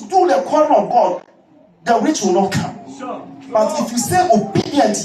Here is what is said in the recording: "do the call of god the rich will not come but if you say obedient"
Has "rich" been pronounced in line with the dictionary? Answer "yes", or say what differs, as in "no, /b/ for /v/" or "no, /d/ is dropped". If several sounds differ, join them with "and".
no, /w/ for /ɹ/